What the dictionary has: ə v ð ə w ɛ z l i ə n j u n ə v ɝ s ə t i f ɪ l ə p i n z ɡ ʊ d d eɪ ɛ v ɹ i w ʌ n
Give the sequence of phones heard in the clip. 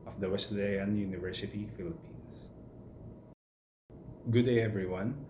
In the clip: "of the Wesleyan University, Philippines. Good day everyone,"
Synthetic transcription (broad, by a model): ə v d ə w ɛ s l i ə n j u n ə v ɝ s ə t i f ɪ l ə p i n s ɡ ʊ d d eɪ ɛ v ɹ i w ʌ n